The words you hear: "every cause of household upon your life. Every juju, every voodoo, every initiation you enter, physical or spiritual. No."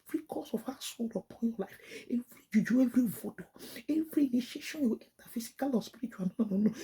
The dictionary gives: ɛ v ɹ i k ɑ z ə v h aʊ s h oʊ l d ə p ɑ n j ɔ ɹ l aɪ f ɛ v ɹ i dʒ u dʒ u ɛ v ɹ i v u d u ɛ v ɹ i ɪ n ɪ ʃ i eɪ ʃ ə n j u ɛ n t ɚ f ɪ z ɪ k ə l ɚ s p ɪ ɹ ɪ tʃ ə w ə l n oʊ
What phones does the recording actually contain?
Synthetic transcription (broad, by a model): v ɹ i k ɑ s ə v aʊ s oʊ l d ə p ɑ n j ɔ l aɪ f ɛ v ɹ i dʒ u dʒ u ɛ v ɹ i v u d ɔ ɛ v ɹ i n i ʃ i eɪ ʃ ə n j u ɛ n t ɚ f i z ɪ k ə l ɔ s p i ɹ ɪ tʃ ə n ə n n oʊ